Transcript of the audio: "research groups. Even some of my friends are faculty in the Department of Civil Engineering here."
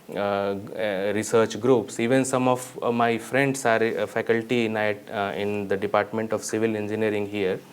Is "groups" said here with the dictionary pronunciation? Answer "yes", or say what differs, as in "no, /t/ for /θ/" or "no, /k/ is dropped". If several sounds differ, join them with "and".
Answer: yes